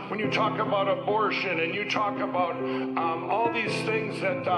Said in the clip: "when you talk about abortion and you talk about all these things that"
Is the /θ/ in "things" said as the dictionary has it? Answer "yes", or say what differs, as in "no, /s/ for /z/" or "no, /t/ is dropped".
yes